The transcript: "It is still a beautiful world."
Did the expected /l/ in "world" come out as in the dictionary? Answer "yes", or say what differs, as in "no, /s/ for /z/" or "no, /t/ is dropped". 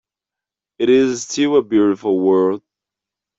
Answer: no, /l/ is dropped